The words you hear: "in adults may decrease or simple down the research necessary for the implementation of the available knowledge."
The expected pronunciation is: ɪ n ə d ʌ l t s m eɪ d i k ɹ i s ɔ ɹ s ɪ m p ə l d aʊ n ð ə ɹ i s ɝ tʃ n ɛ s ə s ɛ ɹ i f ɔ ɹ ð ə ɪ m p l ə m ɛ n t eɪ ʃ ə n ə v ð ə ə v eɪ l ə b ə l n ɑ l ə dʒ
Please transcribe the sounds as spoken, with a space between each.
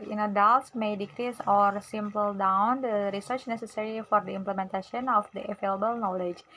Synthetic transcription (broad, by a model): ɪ n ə d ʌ l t s m eɪ d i k ɹ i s ɔ ɹ s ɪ m p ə l d aʊ n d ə ɹ i s ɝ tʃ n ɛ s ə s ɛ ɹ i f ɔ ɹ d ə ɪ m p l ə m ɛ n t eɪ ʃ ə n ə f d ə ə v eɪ l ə b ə l n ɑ l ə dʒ